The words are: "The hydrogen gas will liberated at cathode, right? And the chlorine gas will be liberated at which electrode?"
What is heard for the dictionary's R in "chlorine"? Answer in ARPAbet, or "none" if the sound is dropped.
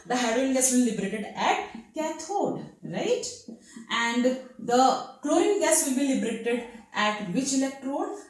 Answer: none